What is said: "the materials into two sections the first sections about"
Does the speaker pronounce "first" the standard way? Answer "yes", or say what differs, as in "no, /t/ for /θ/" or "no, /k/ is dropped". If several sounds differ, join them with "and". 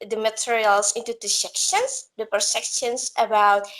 no, /p/ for /f/